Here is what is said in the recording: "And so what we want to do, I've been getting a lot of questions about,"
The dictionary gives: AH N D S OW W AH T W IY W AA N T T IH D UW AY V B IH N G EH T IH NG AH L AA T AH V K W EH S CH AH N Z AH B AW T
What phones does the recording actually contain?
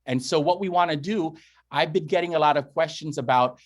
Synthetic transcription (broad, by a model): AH N S OW W AH T W IY W AA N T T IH D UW AY V B IH N G EH T IH NG AH L AA T AH V K W EH S CH AH N Z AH B AW T